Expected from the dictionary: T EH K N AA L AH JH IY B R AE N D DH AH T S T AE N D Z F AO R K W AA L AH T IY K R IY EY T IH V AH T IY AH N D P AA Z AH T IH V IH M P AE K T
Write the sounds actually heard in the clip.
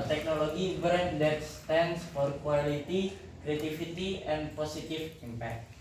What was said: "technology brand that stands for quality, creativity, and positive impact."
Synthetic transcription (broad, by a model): T EH K N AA L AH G IY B R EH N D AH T S T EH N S F AO R K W AA L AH T IY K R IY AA T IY F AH T IY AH N P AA S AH T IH F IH M P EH K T